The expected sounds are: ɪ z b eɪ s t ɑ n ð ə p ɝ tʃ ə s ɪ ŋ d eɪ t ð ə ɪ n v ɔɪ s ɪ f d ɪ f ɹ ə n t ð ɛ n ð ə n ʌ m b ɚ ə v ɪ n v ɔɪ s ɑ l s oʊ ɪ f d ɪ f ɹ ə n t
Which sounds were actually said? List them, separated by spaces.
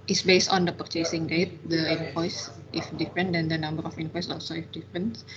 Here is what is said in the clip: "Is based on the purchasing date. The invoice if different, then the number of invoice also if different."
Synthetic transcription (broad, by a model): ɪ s b eɪ s t ɑ n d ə p ɝ tʃ ə s ɪ ŋ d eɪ t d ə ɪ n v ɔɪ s ɪ f d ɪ f ɹ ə n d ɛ n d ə n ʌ m b ɚ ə f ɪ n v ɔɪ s ɑ l s oʊ ɪ f d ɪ f ɹ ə n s